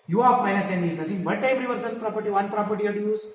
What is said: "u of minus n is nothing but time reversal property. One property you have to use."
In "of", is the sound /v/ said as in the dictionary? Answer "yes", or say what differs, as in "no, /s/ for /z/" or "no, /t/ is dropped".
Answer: no, /p/ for /v/